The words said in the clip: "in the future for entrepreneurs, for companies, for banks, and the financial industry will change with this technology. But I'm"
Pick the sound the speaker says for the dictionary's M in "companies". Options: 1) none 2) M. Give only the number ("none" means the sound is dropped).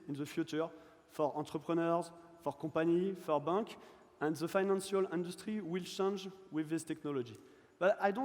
1